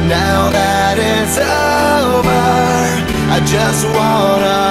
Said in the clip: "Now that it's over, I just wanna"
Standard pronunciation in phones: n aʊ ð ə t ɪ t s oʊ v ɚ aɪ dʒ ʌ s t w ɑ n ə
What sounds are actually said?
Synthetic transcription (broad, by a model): n aʊ ð ə t ɪ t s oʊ b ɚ aɪ dʒ ʌ s t w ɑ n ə